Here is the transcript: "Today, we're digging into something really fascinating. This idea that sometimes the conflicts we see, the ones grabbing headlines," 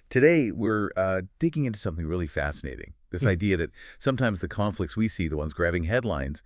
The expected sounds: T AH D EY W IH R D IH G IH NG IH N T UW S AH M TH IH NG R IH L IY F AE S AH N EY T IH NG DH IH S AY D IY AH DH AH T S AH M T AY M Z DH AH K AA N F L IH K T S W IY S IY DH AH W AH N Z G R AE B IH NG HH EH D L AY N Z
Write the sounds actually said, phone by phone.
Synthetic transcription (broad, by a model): T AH D EY W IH R D IH G IH NG IH N T UW S AH M TH IH NG R IH L IY F AE S AH N EY T IH NG DH IH S AY D IY AH DH AH T S AH M T AY M Z DH AH K AA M F L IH K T S W IY S IY DH AH W AH N Z G R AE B IH NG HH EH D L AY N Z